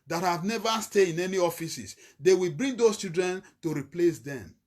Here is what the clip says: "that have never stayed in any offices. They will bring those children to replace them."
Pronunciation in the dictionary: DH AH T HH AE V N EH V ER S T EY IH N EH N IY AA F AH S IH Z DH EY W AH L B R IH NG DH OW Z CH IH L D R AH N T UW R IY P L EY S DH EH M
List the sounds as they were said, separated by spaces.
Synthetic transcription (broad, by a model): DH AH T HH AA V N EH V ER S T EY IH N EH N IY AA F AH S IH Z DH EY W AH L B R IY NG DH OW S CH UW D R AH N T UW R IY P L EY S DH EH M